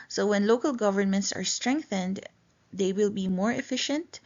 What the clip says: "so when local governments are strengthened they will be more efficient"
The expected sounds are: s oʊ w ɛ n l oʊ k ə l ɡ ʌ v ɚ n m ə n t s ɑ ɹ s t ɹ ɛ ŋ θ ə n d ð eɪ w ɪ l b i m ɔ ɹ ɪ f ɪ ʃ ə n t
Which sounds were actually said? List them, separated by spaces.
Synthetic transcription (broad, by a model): s oʊ w ɛ n l oʊ k ə l ɡ ʌ v ɚ n m ə n t s ɑ ɹ s t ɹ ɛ ŋ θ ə n d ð eɪ w ɪ l b i m ɔ ɹ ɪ f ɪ ʃ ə n t